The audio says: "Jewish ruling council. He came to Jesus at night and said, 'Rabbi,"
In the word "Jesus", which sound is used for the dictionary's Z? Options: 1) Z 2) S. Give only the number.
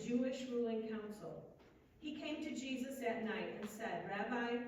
1